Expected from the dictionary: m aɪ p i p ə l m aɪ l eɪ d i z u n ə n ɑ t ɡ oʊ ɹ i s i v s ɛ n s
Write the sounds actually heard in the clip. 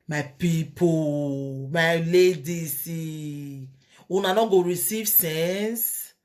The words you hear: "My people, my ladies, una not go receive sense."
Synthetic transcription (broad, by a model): m aɪ p i p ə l m aɪ l eɪ d i s u n ə n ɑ ɡ oʊ ɹ i s i v s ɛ n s